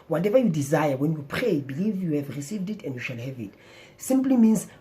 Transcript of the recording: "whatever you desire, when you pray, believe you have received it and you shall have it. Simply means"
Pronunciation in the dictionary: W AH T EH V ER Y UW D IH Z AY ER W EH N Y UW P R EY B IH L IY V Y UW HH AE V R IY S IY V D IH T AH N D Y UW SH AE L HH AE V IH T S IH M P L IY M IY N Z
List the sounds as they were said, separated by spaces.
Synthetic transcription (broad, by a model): W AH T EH V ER Y UW D IH Z AY ER W EH N Y UW P R EY B IH L IY V Y UW HH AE V R IY S IY V D IH T AH N D Y UW SH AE L HH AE V IH T S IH M P L IY M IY N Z